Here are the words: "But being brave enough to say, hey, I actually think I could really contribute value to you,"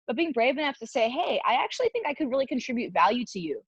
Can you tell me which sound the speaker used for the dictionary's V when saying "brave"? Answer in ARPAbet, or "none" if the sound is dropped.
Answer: V